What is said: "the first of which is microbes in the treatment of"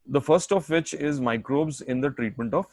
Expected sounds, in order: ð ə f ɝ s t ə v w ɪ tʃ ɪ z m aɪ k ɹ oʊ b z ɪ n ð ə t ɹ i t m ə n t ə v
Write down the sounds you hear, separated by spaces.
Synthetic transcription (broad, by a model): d ə f ɝ s t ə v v ɪ tʃ ɪ z m aɪ k ɹ oʊ b z ɪ n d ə t ɹ i t m ə n t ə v